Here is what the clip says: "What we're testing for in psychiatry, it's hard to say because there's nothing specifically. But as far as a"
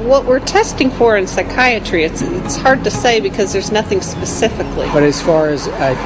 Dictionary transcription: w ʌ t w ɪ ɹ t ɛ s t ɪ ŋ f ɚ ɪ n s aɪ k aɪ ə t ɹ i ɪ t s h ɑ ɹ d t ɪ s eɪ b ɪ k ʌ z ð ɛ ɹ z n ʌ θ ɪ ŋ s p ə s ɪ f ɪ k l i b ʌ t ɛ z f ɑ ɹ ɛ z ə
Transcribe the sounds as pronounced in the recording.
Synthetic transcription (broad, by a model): w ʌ t w ɪ ɹ t ɛ s t ɪ ŋ f ɚ ɪ n s aɪ k aɪ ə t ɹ i ɪ t s h ɑ ɹ d t ɪ s eɪ b ɪ k ʌ z ð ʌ ɹ z n ʌ θ ɪ ŋ s p ə s ɪ f ɪ k l i b ʌ t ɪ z f ɑ ɹ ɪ z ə